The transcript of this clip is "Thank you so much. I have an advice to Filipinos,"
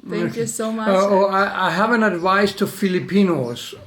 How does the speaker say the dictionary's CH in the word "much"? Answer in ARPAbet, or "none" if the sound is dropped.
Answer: none